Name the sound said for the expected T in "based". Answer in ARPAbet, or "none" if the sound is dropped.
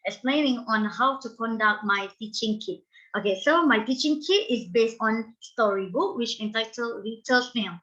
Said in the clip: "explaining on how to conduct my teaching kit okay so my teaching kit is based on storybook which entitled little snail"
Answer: T